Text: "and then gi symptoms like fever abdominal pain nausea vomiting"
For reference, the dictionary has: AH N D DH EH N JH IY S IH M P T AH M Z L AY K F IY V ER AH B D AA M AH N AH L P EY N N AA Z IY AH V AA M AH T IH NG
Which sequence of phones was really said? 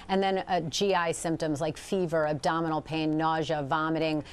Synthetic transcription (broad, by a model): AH N DH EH N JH IY S IH M P T AH M Z L AY K F IY V ER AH B D AA M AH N L P EY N N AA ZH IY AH V AA M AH T IH NG